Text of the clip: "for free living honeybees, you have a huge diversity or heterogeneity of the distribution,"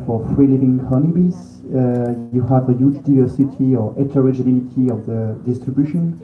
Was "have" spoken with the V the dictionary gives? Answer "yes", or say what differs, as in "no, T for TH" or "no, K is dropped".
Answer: yes